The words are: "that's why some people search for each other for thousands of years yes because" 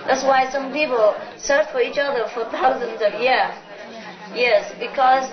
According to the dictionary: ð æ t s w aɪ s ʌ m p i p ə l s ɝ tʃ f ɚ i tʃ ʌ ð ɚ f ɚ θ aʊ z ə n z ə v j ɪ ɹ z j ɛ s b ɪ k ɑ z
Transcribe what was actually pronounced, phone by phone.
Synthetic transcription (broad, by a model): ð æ t s w aɪ s ʌ m p i p ə l s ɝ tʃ f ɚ i tʃ ʌ ð ɚ f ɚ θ aʊ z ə n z ə v j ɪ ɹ j ɛ s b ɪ k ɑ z